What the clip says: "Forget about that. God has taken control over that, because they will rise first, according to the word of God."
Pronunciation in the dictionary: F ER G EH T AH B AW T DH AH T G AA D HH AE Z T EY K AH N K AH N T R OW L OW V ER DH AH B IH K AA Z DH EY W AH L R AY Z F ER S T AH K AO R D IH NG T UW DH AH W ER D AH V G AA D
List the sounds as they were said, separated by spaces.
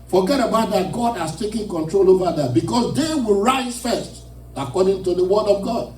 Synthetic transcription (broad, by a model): F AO G EH T AH B AW T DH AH T G AA D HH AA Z T EY K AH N K AH N T R OW L OW V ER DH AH B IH K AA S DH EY W AH L R AY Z F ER S T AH K AO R D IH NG T UW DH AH W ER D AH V G AA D